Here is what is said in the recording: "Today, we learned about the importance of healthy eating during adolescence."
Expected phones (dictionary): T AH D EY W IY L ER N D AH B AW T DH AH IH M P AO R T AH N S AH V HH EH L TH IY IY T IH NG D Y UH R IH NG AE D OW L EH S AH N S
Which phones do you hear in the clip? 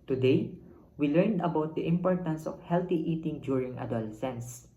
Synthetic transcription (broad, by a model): T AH D EY W IY L ER N D AH B AW T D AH IH M P AO R T AH N S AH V HH EH L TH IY IY T IH NG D Y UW R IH NG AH D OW L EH S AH N S